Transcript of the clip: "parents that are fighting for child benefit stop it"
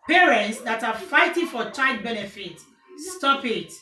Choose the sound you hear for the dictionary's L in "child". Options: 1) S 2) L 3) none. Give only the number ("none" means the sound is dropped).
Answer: 3